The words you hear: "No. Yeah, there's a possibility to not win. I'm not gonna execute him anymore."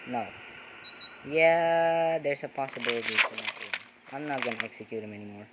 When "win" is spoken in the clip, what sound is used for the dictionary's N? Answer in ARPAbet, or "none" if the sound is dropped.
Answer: none